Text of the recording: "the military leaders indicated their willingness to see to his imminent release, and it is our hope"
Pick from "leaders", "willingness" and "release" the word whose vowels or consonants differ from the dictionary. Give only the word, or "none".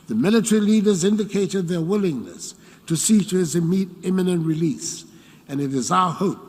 none